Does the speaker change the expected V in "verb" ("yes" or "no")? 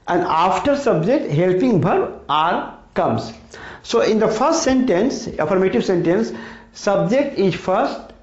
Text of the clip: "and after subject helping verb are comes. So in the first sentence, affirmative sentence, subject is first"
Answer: yes